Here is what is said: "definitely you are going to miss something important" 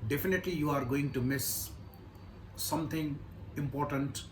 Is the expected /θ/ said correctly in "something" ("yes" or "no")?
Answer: no